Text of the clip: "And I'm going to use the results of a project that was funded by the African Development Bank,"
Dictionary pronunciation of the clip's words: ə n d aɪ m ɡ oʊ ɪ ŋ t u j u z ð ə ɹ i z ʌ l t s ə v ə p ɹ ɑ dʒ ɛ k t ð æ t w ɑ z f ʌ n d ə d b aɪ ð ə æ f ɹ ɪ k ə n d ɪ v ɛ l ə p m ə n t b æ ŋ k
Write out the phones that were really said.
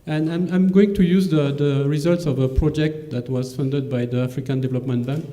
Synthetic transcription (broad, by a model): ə n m aɪ m ɡ oʊ ɪ ŋ t u j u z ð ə ɹ i z ʌ l t s ə v ə p ɹ ɑ dʒ ɛ k t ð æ t w ɑ z f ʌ n d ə d b aɪ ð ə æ f ɹ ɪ k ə n d ɪ v ɛ l ə p m ə n t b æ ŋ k